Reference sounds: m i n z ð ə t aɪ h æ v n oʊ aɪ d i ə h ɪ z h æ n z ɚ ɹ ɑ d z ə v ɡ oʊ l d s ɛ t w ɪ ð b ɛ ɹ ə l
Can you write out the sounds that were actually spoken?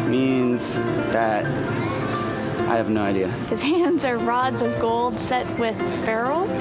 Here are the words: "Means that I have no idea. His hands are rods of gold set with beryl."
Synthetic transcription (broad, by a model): m i n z ð ə t aɪ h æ v n oʊ aɪ d i ə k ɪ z h æ n z ɚ ɹ ɑ d z ə v ɡ oʊ l d s ɛ t w ɪ ð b ɛ ɹ l